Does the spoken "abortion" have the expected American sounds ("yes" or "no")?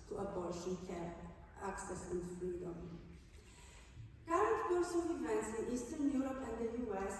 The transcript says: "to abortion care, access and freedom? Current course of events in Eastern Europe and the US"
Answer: no